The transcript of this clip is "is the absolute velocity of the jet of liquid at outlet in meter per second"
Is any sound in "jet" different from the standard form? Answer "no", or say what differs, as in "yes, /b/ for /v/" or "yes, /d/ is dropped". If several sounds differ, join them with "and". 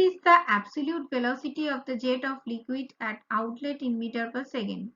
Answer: no